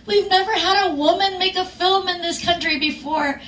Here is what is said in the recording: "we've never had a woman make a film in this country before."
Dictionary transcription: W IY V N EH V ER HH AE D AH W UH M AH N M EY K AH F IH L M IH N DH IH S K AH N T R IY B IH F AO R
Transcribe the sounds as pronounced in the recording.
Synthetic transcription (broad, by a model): W IY V N EH V ER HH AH D AH W UH M AH N M EY K AH F IH L M IH N DH IH S K AH N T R IY B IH F AO R